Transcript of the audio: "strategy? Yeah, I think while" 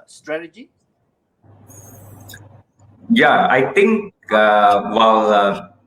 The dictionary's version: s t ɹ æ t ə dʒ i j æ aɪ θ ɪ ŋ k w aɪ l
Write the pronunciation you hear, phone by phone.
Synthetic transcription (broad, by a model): s t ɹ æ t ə dʒ i j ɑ aɪ t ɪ ŋ k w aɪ l